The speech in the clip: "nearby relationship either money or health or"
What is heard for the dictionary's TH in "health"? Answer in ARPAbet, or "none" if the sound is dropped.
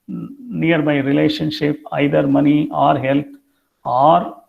T